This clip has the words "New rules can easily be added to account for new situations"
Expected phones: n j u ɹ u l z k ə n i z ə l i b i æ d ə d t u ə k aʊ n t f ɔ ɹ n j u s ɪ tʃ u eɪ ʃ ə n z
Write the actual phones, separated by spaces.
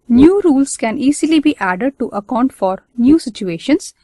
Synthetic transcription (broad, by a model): n j u ɹ u l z k ə n i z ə l i b i æ d ə d t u ə k aʊ n t f ɔ ɹ n j u s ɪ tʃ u eɪ ʃ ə n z